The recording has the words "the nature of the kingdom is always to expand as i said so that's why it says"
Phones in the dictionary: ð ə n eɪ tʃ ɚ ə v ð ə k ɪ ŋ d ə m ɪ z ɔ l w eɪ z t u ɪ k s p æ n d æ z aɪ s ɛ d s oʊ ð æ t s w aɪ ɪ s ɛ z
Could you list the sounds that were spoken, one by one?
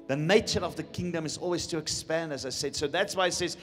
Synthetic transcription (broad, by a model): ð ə n eɪ tʃ ɚ ə v ð ə k ɪ ŋ d ə m ɪ z ɔ l w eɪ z t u ɪ k s p æ n d æ z aɪ s ɛ d s oʊ ð æ t s w aɪ ɪ s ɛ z